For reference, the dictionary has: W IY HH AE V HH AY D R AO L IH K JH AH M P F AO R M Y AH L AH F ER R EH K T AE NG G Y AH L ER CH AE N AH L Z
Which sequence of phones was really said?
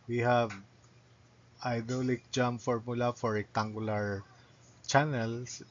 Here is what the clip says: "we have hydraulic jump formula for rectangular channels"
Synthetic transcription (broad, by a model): W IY HH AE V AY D AO L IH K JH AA M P F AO R M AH L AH F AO R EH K T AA NG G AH L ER CH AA N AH L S